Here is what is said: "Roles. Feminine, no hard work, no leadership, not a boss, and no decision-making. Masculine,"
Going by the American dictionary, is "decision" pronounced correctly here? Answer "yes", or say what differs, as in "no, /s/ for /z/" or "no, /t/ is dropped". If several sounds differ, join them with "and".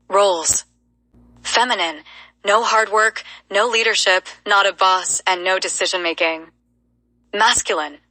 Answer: yes